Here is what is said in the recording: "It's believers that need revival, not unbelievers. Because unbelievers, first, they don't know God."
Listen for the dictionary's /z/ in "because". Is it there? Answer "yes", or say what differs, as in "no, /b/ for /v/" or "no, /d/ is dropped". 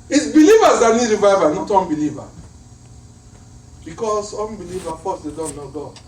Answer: no, /s/ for /z/